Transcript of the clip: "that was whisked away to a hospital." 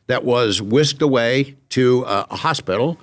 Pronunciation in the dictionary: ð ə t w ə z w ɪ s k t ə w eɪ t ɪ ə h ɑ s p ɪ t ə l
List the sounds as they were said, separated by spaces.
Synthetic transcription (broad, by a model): ð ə t w ə z w ɪ s k t ə w eɪ t ɪ ə h ɑ s p ɪ t l